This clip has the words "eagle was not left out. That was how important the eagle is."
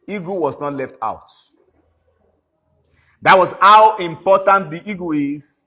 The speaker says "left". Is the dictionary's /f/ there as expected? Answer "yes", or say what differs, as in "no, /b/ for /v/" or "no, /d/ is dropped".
yes